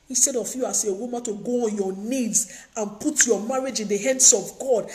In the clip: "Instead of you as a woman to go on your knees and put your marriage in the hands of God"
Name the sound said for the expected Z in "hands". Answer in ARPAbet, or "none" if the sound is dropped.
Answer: S